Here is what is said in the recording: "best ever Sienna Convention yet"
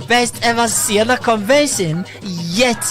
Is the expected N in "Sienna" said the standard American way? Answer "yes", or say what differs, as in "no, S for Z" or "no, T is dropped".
no, L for N